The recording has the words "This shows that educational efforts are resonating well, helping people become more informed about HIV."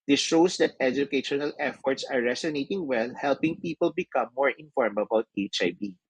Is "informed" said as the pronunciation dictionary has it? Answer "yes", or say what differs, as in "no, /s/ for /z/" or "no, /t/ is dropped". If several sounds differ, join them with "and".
no, /d/ is dropped